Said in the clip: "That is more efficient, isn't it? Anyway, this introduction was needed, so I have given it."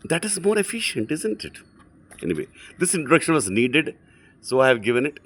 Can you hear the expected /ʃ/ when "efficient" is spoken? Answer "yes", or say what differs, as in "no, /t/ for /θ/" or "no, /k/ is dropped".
yes